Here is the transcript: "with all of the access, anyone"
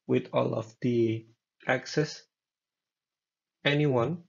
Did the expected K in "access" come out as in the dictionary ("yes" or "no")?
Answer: yes